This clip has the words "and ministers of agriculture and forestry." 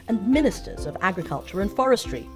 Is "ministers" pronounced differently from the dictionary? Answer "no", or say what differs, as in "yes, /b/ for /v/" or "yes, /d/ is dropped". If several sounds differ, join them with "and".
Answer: no